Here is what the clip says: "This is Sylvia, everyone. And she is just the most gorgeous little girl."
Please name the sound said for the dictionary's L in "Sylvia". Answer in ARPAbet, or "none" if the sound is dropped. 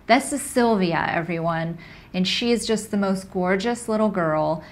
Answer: L